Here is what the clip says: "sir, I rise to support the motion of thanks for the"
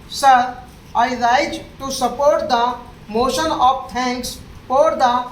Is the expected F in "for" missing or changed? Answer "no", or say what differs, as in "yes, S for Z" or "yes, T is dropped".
yes, P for F